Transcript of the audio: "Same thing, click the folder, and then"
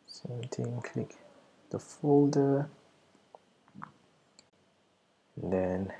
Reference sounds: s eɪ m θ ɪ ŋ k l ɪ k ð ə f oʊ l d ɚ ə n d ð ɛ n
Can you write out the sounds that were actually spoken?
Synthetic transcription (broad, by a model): s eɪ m t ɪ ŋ k l ɪ k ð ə f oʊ l d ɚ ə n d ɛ n